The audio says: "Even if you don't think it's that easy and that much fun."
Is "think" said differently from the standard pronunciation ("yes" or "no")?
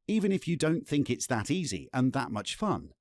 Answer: no